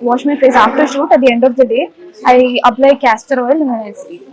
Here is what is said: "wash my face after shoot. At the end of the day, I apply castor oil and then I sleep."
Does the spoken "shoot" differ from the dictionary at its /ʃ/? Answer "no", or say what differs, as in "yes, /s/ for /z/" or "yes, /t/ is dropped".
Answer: no